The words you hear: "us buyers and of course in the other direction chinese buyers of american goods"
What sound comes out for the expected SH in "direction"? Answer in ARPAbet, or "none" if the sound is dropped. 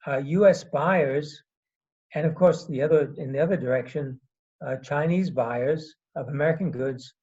SH